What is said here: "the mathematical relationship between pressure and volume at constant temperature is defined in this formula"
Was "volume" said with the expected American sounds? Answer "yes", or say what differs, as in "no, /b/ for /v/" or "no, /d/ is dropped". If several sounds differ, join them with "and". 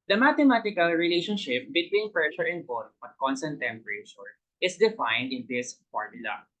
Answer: no, /b/ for /v/